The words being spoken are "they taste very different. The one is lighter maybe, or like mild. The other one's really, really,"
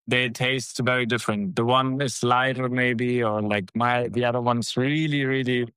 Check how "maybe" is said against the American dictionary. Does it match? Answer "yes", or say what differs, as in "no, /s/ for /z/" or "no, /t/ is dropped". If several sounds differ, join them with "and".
yes